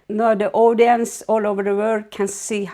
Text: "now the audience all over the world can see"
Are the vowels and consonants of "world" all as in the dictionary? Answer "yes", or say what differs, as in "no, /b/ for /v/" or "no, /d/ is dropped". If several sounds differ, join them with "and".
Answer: no, /l/ is dropped